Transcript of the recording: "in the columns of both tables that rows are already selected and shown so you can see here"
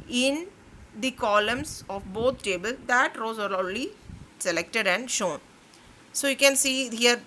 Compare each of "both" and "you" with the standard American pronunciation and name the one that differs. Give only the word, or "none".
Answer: both